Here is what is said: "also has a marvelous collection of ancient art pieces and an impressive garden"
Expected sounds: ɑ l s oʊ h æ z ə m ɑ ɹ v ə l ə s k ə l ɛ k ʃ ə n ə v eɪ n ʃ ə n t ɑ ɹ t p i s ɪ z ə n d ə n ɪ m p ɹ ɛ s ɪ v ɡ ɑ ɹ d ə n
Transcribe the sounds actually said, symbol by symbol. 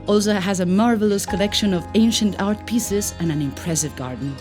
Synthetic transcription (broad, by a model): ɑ l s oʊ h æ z ə m ɑ ɹ v ə l ə s k ə l ɛ k ʃ ə n ə v eɪ n ʃ ə n t ɑ ɹ t p i s ɪ z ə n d ə n ɪ m p ɹ ɛ s ɪ v ɡ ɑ ɹ d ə n